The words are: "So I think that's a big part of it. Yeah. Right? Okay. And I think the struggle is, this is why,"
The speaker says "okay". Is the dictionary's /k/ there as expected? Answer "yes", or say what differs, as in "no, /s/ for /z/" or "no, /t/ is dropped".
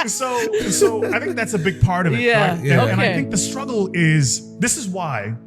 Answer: no, /k/ is dropped